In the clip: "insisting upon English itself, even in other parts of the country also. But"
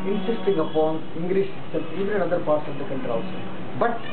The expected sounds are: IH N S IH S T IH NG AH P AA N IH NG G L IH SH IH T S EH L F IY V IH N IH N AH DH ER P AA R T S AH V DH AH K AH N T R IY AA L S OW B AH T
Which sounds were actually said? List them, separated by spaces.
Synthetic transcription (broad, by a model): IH N S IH S T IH NG AH P AA N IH NG G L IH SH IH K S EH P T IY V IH IH N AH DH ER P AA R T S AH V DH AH K AH N T R IY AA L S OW B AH T